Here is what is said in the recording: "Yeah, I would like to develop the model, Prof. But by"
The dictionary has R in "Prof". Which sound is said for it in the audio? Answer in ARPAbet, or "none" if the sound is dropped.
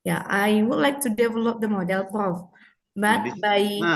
none